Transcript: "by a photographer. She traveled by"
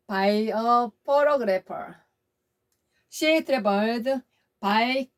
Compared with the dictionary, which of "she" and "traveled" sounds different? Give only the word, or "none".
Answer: traveled